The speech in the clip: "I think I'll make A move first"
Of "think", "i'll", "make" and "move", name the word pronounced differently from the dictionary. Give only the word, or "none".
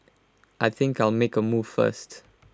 none